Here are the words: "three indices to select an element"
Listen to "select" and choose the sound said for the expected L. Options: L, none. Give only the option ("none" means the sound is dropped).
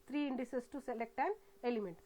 L